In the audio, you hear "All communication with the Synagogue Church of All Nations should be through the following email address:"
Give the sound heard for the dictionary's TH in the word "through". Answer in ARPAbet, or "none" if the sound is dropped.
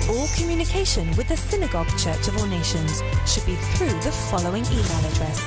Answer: TH